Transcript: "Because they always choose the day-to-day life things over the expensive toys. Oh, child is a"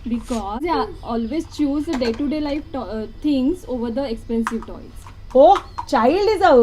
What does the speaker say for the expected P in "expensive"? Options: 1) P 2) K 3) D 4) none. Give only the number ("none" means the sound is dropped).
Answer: 1